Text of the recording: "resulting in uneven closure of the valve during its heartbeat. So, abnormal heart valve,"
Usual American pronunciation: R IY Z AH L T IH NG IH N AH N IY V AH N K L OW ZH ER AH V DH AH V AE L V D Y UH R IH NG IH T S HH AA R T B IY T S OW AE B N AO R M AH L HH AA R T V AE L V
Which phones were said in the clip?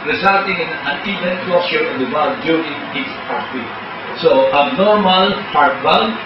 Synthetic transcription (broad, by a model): R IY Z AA L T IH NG IH N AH N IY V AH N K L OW S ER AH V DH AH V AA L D Y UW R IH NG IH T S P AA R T IY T S OW AE B N AO R M AH L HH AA R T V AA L